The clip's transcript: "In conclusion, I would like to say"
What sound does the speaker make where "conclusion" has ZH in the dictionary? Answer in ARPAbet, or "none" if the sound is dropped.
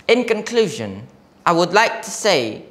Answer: ZH